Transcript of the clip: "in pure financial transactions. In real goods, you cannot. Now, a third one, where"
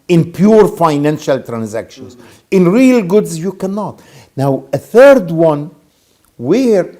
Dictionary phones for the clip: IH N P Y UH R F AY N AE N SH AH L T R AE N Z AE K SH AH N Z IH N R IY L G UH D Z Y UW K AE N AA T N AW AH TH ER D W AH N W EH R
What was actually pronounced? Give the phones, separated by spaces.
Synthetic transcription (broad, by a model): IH N P Y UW R F AY N AE N SH AH L T R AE N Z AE K SH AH N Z IH N R IY L G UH D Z Y UW K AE N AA T N AW AH TH ER D W AH N W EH R